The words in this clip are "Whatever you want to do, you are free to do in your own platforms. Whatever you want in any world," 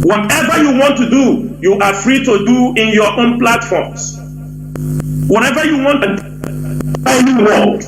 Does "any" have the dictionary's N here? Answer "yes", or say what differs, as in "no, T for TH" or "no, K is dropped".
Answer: no, L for N